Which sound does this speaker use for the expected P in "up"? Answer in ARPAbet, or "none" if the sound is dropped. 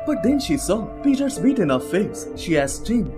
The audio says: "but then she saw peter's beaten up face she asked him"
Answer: F